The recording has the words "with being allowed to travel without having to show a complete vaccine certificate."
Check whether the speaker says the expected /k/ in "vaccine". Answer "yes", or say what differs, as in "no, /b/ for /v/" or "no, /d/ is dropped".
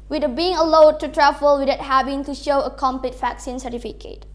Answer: yes